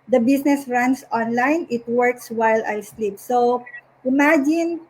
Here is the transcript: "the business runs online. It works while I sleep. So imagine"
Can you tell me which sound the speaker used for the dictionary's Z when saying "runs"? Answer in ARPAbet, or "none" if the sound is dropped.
S